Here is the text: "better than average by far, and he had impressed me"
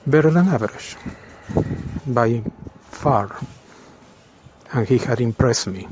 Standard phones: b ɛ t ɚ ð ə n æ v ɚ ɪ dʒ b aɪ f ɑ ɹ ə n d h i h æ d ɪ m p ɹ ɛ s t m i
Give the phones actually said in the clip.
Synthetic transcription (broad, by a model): b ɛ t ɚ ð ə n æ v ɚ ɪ ʃ b aɪ f ɑ ɹ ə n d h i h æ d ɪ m p ɹ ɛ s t m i